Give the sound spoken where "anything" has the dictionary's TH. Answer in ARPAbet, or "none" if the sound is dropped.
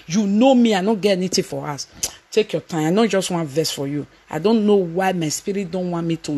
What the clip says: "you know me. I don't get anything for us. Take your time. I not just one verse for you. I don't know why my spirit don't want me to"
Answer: T